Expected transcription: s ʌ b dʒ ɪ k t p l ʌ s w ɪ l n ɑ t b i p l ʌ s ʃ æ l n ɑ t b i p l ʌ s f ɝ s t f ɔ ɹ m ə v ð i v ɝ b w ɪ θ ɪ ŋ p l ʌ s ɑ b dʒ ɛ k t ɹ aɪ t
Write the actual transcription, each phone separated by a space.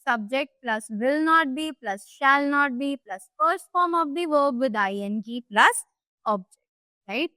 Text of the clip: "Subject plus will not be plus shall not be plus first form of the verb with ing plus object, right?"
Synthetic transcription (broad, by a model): s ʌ b dʒ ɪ k t p l ʌ s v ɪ l n ɑ t b i p l ʌ s ʃ æ l n ɑ t b i p l ʌ s f ɝ s t f ɔ ɹ m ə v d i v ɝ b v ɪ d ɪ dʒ p l ʌ s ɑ b dʒ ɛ k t ɹ aɪ t